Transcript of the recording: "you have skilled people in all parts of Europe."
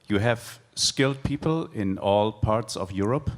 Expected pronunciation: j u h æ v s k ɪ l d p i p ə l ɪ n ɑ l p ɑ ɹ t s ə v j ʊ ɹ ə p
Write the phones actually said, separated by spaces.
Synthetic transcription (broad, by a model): j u h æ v s k ɪ l d p i p ə l ɪ n ɑ l p ɑ ɹ t s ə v j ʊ ɹ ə p